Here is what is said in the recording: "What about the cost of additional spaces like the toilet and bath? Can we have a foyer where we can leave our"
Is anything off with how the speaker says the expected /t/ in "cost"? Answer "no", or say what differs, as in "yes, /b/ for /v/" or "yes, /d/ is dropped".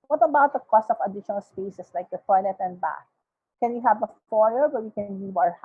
no